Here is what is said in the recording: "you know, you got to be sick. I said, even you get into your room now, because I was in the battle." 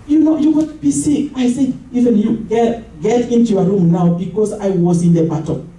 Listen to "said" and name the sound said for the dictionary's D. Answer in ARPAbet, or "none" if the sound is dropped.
none